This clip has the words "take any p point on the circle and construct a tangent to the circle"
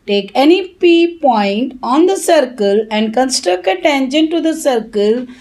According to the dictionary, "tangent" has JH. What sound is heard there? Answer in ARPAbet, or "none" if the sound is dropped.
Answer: SH